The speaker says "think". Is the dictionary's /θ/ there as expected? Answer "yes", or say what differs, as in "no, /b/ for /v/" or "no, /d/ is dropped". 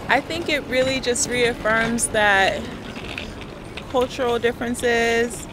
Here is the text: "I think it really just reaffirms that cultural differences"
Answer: yes